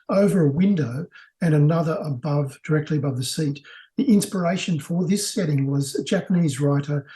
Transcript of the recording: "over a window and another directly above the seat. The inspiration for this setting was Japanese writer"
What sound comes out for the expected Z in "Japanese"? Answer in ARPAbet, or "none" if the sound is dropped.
Z